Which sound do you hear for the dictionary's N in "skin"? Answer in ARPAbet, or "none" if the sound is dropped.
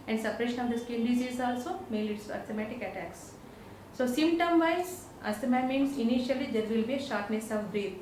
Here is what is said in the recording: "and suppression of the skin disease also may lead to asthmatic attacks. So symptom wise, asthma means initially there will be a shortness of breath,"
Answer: L